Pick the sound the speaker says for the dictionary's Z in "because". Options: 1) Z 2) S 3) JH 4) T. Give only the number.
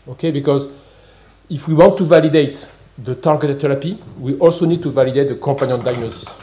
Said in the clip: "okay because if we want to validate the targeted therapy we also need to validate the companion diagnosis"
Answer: 1